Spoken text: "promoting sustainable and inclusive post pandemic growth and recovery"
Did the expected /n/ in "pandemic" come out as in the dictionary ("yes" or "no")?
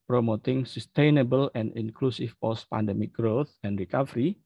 yes